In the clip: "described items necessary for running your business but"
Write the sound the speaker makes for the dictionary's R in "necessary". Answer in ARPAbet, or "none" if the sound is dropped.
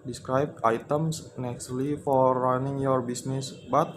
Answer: L